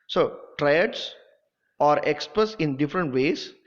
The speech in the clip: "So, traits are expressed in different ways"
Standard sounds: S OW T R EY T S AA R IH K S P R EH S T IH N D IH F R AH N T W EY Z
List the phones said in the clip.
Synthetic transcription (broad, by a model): S OW T R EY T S AA R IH K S P R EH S IH N D IH F R AH N T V EY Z